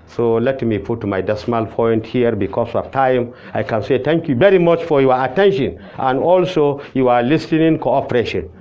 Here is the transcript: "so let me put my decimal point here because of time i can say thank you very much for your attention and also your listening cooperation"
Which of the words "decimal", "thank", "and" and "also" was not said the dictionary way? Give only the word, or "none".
thank